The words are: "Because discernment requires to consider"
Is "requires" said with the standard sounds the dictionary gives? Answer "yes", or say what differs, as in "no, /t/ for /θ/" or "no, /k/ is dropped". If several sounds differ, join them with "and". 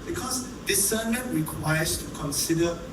no, /s/ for /z/